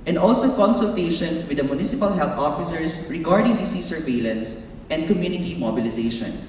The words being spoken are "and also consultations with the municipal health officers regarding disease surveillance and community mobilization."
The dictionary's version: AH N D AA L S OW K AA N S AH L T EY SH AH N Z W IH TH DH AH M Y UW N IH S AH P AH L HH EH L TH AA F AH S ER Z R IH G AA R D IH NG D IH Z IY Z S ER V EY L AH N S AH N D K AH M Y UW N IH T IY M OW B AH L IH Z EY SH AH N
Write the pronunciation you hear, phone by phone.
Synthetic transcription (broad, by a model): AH N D AA L S OW K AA N S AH L T EY SH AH N S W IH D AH M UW N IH S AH P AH L HH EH L T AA F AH S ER S R IH G AA R D IH NG D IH S IY S ER V EY L AH N S AH N D K AH M Y UW N IH T IY M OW B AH L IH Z EY SH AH N